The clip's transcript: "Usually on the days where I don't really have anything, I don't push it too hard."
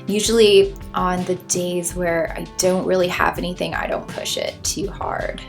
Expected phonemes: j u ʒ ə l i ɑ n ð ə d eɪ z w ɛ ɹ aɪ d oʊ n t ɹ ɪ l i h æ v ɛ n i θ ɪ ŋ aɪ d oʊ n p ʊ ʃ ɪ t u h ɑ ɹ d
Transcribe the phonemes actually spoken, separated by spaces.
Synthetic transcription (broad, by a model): j u ʒ l i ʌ n ð ə d eɪ z w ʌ ɹ aɪ d oʊ n t ɹ ɪ l i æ v ɛ n i θ ɪ ŋ aɪ d oʊ n p ʊ ʃ ɪ t u h ɑ ɹ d